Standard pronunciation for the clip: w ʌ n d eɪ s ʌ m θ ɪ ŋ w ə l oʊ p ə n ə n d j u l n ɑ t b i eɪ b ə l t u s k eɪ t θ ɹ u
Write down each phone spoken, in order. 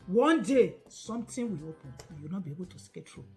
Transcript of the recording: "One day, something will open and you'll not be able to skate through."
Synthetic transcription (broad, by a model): w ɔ n d eɪ s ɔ m t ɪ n w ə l oʊ p ə n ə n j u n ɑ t b i eɪ b ə l t u s k eɪ t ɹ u